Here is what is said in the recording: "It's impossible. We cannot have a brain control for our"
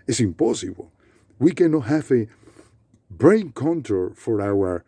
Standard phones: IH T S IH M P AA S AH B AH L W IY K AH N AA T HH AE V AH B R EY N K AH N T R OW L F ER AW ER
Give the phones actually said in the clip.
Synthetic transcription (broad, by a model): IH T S IH M P AA S AH B AH L W IY K AH N AA T HH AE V AH B R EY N K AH N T OW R F ER AW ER